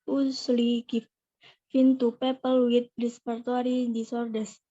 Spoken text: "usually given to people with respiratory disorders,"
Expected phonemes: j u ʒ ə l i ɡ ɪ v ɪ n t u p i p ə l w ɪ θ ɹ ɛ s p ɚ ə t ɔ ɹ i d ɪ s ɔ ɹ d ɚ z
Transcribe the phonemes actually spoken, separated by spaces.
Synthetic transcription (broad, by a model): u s l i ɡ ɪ f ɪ n t u p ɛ p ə l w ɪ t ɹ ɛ s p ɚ t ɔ ɹ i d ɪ s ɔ ɹ d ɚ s